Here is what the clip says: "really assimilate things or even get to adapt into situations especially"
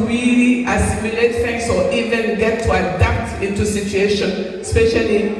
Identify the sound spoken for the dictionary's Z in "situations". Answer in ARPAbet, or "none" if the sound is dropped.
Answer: none